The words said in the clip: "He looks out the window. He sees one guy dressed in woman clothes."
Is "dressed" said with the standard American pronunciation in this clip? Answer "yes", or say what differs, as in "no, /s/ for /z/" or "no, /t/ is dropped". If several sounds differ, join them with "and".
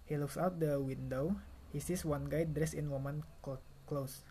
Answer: no, /t/ is dropped